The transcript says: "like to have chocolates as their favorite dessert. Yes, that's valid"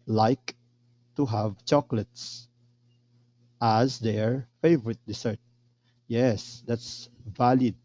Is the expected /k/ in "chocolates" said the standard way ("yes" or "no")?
yes